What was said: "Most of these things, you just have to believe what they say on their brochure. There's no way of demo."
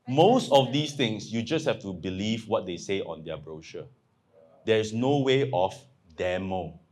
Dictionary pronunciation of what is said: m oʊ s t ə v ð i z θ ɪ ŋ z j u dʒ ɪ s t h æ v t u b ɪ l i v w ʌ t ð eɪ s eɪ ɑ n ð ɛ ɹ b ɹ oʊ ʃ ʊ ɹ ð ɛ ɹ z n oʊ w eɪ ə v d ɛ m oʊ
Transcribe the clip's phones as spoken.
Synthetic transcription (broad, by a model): m oʊ s t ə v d i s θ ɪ ŋ s j u dʒ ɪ s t h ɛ f t u b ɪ l i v w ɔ t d eɪ s eɪ ɑ n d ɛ b ɹ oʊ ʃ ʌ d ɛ ɹ s n oʊ w eɪ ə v d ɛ m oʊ